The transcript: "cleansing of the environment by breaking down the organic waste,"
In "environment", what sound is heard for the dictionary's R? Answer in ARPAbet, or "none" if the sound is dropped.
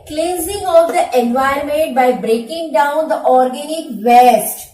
none